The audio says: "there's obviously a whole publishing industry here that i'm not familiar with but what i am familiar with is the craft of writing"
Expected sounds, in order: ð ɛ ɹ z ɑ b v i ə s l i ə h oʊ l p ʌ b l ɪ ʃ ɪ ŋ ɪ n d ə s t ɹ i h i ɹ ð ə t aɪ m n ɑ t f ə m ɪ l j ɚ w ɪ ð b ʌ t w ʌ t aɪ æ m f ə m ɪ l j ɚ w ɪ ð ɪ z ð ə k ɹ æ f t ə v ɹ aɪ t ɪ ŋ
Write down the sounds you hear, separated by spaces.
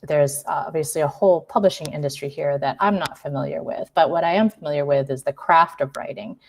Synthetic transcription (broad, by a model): ð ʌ ɹ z ɑ b v i ə s l i ə h oʊ l p ʌ b l ɪ ʃ ɪ ŋ ɪ n d ə s t ɹ i h i ɹ ð ə t aɪ m n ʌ t f ə m ɪ l j ɚ w ɪ ð b ʌ t w ʌ t aɪ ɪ m f ə m ɪ l j ɚ w ɪ ð ɪ z ð ə k ɹ æ f t ə v ɹ aɪ t ɪ ŋ